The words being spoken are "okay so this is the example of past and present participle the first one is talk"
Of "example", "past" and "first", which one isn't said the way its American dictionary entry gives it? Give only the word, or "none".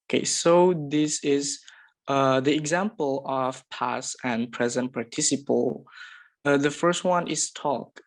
past